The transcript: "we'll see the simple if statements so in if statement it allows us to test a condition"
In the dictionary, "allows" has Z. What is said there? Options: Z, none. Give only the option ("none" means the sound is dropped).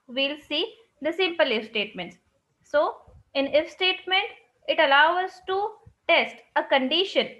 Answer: none